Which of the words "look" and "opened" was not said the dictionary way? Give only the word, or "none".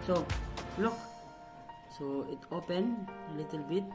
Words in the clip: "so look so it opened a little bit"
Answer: opened